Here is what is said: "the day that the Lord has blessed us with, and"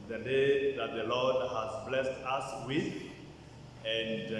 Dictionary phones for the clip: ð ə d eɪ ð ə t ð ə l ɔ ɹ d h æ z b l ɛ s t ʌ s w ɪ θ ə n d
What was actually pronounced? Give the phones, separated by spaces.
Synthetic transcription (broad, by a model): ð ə d eɪ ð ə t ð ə l ɔ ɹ d h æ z b l ɛ s t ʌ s w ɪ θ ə n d